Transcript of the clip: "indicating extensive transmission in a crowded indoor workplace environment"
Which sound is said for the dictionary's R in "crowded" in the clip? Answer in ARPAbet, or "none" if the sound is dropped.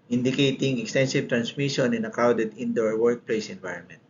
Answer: none